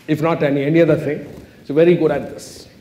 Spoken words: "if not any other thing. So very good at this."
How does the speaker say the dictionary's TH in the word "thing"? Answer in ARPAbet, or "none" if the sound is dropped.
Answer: T